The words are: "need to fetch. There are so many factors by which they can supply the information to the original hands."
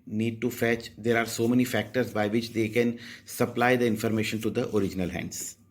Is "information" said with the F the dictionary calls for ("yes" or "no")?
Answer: yes